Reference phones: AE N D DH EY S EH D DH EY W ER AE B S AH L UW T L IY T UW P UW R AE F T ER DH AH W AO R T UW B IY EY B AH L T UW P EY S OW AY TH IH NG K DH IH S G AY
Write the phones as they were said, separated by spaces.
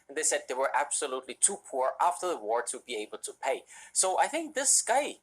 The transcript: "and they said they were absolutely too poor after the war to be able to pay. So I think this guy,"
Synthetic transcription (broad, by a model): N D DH EY S EH D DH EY W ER AE B S AH L UW T L IY T UW P UW R AE F T ER DH AH W AO R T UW B IY EY B AH L T UW P EY S OW AY TH IH NG K DH IH S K AY